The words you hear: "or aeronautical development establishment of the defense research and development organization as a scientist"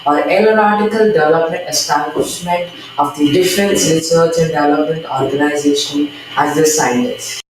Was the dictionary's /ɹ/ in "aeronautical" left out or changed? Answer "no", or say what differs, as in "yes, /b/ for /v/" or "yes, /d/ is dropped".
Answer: yes, /l/ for /ɹ/